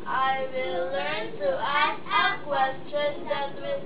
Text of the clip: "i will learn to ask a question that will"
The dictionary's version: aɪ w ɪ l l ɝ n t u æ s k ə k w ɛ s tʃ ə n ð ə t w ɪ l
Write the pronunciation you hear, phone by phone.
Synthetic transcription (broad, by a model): aɪ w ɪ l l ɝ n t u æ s ə k w ɛ s tʃ ə n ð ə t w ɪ